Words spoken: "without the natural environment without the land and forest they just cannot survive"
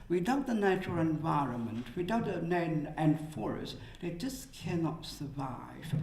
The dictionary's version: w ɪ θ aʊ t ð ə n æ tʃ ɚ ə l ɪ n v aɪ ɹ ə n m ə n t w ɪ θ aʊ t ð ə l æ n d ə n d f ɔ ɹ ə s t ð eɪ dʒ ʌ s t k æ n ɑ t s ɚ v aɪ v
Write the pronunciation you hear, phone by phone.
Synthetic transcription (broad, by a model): w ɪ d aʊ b ð ə n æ tʃ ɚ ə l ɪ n v aɪ ɹ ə n m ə n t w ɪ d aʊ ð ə n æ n ə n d f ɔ ɹ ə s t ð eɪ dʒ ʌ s k æ n ɑ t s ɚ v aɪ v